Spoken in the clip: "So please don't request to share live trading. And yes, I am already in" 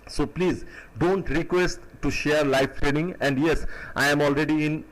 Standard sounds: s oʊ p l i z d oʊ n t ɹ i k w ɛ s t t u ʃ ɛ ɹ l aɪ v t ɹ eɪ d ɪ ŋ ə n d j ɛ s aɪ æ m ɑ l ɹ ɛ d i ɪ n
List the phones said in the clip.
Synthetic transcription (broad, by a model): s oʊ p l i z d oʊ n t ɹ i k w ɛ s t t u ʃ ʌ ɹ l aɪ f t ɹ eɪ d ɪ ŋ ə n d j ɛ s aɪ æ m ɑ l ɹ ɛ d i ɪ n